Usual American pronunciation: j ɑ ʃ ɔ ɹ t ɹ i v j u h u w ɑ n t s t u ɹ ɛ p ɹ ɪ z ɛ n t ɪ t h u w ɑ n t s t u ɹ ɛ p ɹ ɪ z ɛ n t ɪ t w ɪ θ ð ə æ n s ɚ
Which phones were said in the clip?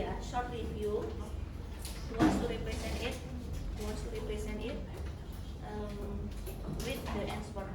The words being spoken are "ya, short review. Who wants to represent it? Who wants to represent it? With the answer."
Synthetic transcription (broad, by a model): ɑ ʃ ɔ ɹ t l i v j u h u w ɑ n s t u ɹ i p ɹ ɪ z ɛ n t ɪ t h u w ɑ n s t u ɹ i p ɹ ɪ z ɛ n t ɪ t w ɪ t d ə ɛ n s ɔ